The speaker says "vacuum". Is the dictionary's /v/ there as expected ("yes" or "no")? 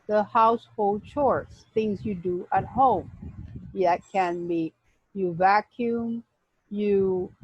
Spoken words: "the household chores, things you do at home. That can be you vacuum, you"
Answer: yes